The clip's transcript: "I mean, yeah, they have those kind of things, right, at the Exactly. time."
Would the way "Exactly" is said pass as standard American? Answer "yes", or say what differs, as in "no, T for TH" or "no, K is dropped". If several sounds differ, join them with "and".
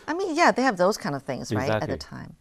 no, L is dropped